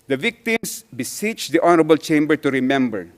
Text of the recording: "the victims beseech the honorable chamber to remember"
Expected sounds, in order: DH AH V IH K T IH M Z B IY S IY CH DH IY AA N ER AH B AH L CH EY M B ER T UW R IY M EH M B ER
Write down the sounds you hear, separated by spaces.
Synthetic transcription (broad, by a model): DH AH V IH K T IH M S B IY S IY CH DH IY AA N ER AH B AH L CH EY M B ER T UW R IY M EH M B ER